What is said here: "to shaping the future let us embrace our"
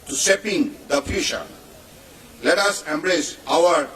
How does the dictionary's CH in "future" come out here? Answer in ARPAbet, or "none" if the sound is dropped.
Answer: SH